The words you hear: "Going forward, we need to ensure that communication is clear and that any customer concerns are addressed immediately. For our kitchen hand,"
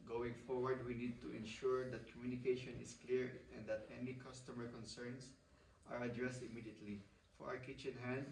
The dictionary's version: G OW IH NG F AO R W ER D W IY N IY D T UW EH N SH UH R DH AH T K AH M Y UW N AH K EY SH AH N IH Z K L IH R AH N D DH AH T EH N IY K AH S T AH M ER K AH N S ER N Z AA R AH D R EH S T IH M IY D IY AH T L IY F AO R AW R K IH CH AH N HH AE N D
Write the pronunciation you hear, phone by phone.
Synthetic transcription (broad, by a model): G OW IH NG F AO R W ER D W IY N IY D T UW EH N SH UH R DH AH T K AH M Y UW N AH K EY SH AH N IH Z K L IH R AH N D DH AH T EH N IY K AH S T AH M ER K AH N S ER N S AA R AH D R EH S T IH M IY D IY AH T L IY F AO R AW R K IH CH AH N HH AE N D